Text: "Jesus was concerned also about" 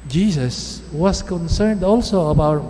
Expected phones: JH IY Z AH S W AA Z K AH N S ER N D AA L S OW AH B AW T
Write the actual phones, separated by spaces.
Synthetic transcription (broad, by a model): JH IY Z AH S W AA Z K AH N S ER N D AA L S OW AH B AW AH